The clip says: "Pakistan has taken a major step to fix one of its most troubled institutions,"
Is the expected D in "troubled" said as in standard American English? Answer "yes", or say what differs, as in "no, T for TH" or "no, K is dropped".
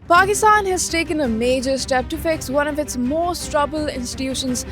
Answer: no, D is dropped